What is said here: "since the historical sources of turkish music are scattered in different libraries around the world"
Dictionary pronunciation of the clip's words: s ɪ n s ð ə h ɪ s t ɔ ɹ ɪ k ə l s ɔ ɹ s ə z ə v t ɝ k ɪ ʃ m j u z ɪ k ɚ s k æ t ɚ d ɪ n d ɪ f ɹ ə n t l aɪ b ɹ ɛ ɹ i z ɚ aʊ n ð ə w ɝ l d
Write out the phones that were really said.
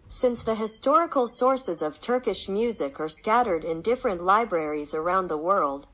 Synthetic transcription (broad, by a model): s ɪ n s ð ə h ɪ s t ɔ ɹ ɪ k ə l s ɔ ɹ s ə z ə v t ɝ k ɪ ʃ m j u z ɪ k ɚ s k æ t ɚ d ɪ n d ɪ f ɹ ə n t l aɪ b ɹ ɛ ɹ i z ɚ aʊ n ð ə w ɝ l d